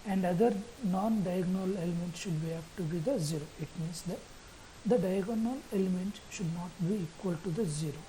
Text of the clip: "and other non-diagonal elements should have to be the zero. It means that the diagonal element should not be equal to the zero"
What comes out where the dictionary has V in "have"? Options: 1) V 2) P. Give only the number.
2